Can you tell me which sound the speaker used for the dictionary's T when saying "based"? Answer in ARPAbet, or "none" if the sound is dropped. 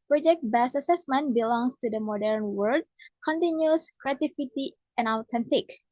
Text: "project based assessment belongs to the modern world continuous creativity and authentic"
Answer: none